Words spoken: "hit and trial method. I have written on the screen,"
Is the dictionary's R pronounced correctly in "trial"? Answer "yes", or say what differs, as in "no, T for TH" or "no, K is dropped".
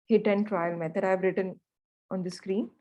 yes